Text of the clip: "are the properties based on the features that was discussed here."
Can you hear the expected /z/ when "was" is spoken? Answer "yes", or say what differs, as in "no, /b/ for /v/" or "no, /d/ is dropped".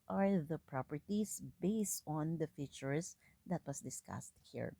no, /s/ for /z/